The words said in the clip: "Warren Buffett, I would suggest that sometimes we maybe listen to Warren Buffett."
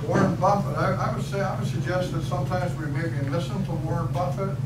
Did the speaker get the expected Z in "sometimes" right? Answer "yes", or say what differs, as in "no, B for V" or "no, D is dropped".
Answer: yes